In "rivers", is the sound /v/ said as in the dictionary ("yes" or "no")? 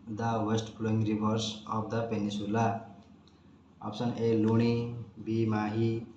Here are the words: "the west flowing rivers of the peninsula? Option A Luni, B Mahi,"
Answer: no